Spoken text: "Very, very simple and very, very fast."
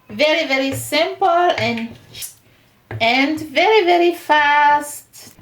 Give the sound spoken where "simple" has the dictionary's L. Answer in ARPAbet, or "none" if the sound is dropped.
N